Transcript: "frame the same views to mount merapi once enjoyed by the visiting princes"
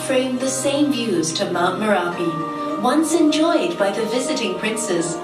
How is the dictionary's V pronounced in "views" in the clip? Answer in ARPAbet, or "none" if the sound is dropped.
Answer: V